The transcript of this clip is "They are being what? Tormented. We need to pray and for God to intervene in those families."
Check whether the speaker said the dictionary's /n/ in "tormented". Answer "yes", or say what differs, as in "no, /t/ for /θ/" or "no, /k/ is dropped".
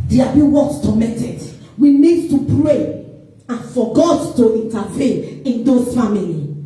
no, /n/ is dropped